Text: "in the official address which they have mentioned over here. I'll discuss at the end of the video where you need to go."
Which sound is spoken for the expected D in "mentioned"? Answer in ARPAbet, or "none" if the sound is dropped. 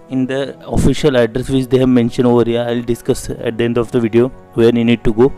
none